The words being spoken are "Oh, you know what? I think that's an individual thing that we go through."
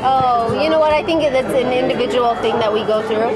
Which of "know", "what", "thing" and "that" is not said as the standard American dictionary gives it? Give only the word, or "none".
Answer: none